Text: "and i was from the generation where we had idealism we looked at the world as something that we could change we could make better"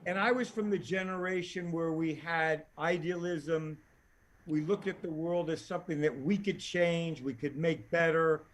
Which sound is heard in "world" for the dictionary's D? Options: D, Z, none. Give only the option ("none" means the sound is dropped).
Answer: D